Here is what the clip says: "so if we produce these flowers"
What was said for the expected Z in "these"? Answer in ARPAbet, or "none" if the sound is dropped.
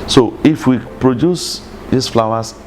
S